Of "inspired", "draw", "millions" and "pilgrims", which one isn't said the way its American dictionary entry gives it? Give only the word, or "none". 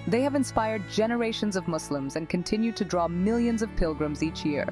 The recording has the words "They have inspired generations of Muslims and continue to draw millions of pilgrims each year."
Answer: none